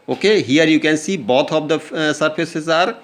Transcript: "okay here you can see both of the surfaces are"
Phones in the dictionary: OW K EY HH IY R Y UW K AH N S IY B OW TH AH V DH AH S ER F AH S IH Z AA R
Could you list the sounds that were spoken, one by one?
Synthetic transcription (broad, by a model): OW K EY HH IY R Y UW K AH N S IY B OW T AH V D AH S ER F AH S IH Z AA R